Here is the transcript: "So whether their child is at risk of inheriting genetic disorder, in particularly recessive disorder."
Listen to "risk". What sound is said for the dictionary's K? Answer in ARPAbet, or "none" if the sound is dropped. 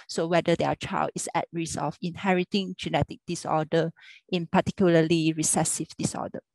none